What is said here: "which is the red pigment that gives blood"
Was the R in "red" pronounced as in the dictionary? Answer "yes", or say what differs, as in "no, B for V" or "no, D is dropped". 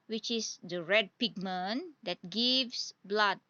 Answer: yes